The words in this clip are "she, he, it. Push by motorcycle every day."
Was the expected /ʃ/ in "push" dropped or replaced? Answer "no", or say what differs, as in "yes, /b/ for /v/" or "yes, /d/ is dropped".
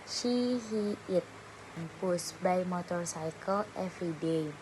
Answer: yes, /s/ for /ʃ/